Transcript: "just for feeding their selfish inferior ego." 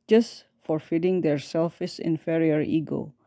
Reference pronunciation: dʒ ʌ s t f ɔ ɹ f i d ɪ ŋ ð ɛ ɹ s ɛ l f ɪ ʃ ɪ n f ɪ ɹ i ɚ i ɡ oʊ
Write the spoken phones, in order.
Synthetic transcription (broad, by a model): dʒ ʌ s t f ɔ ɹ f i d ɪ ŋ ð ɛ ɹ s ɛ l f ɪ s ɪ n f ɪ ɹ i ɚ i ɡ oʊ